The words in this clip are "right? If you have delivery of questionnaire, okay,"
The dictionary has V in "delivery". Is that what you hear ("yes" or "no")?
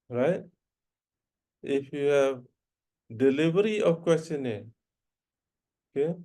no